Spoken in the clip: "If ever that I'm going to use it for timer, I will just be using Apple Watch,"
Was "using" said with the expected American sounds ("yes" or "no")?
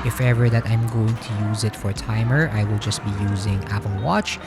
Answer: yes